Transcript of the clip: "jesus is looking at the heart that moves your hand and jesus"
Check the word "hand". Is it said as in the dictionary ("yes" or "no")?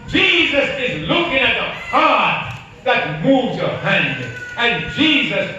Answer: yes